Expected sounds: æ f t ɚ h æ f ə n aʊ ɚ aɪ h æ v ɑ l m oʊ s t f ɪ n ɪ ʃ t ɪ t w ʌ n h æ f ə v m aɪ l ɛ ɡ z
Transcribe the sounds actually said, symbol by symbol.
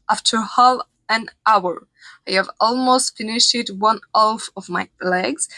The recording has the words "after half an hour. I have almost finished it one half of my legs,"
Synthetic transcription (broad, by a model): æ f t ɚ h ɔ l ə n aʊ ɚ aɪ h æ v ɑ l m oʊ s t f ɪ n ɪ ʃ ɪ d w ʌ n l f ə v m aɪ l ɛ ɡ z